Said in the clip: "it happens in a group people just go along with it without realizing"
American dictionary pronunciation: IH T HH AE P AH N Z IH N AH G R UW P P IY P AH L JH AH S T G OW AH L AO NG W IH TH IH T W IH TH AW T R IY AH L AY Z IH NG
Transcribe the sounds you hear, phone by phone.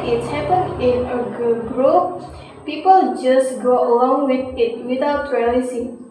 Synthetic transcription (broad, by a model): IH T HH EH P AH N IH N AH G R UW P P IY P AH L JH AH S G OW AH L AO NG W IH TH IH T W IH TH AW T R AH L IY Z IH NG